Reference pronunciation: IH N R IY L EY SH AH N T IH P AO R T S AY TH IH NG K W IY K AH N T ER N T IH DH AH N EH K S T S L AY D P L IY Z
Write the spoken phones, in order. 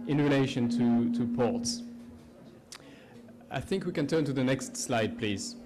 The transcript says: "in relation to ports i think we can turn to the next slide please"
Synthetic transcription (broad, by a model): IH N R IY L EY SH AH N T IH P AO R T S AY TH IH NG K W IY K AH N T ER N T IH DH AH N EH K S T S L AY D P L IY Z